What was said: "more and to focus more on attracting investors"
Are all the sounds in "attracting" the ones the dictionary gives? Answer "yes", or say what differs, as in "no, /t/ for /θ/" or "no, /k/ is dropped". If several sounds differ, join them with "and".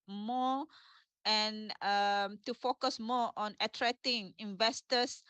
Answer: no, /k/ is dropped